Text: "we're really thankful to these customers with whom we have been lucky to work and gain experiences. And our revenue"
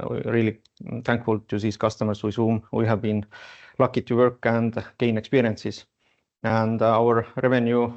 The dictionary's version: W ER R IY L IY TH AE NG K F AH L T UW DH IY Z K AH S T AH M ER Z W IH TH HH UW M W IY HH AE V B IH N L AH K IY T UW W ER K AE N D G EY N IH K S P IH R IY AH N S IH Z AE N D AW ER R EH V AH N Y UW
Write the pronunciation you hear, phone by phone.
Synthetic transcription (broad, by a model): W R IY L IY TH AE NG K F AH L T UW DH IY S K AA S T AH M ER S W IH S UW M W IY HH AE V B IH N L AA K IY T UW W ER K AE N D G EY N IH K S P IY R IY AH N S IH S AE N D AW ER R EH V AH N Y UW